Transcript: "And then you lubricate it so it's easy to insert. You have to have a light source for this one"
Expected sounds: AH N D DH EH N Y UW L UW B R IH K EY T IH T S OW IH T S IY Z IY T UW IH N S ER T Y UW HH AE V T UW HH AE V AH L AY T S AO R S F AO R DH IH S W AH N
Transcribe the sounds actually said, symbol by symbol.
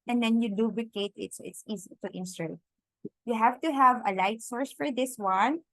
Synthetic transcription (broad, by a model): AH N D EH N Y UW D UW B L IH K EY T IH T S OW IH T S IY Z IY T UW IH N S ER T Y UW HH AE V T UW HH AE V AH L AY T S AO R S F AO R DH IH S W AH N